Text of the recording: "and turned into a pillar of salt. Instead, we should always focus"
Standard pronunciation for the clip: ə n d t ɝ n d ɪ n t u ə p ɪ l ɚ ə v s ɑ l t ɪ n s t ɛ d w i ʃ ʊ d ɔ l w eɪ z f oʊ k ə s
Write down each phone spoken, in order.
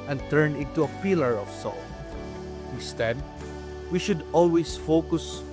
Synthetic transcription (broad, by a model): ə n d t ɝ n ɪ n t u ə p ɪ l ɚ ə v s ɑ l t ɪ s t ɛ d w i ʃ ʊ d ɔ l w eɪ s f oʊ k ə s